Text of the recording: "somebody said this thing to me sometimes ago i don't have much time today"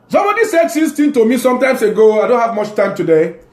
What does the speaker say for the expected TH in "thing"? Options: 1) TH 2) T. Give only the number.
2